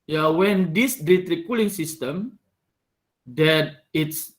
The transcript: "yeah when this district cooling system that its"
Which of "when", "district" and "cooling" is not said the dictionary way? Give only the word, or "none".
district